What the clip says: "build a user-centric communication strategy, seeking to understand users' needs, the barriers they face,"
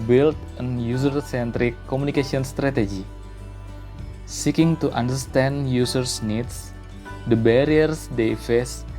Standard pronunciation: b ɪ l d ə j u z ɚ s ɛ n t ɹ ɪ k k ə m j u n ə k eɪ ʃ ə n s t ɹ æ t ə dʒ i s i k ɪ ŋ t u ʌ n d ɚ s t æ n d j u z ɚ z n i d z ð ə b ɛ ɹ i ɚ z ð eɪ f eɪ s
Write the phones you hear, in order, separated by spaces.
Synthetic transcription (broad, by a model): b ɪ l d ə j u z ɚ s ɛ n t ɹ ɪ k k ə m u n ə k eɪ s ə n s t ɹ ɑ t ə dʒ i s i k ɪ ŋ t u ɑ n d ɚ s t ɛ n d j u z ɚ s n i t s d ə b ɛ ɹ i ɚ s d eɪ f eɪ s